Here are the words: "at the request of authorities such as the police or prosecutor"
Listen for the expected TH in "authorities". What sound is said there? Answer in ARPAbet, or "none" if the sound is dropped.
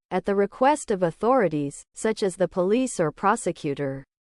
TH